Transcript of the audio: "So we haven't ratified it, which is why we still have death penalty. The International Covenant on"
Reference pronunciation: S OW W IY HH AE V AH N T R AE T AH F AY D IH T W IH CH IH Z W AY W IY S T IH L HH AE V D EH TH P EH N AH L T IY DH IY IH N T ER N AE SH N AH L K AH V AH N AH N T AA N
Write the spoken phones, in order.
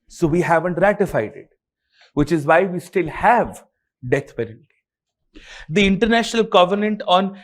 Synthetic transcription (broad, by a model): S OW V IY HH AE V AH N T R AE T AH F AY D IH T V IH CH IH Z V AY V IY S T IH L HH AE V D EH T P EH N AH N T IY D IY IH N T ER N AE SH N AH L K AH V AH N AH N T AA N